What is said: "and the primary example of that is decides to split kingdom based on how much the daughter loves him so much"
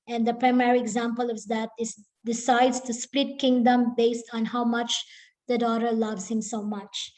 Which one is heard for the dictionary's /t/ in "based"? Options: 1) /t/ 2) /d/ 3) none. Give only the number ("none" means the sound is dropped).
1